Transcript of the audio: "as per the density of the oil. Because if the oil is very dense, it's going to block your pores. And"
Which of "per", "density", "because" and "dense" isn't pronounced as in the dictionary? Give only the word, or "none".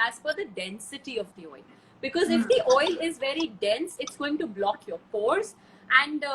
per